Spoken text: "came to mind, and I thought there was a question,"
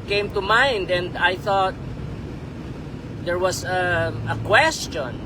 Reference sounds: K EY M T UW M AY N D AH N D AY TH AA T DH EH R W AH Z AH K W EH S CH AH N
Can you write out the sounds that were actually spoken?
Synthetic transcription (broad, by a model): K EY M T UW M AY N D AH N D AY TH AA T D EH R W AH S AH K W EH S CH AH N